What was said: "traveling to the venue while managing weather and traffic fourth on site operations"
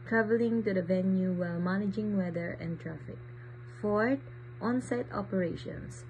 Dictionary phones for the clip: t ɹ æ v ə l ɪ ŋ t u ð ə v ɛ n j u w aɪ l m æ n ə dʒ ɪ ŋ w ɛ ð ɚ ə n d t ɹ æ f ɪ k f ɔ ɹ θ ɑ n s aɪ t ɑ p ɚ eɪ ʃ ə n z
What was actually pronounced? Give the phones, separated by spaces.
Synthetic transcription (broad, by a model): t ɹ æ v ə l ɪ ŋ t u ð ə v ɛ n j u w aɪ l m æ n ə dʒ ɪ ŋ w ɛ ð ɚ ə n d t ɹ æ f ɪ k f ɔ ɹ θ ɑ n s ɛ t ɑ p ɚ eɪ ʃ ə n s